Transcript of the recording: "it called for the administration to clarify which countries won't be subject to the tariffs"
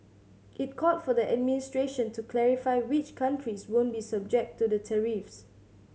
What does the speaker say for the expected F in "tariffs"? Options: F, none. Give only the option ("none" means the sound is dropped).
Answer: F